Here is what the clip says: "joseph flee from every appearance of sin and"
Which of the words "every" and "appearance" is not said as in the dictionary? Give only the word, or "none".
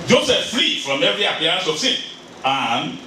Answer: appearance